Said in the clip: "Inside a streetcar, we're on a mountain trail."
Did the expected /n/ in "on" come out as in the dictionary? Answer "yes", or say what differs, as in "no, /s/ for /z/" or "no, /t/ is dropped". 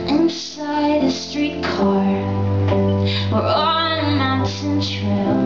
no, /l/ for /n/